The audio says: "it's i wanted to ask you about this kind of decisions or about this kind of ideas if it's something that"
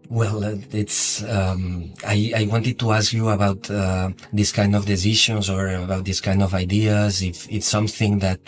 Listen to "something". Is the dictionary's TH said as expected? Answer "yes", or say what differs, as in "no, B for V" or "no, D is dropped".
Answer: yes